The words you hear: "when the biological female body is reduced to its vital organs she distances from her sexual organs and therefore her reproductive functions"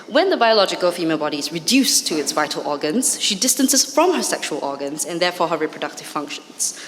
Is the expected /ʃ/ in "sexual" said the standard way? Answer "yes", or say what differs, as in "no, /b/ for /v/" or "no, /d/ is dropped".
yes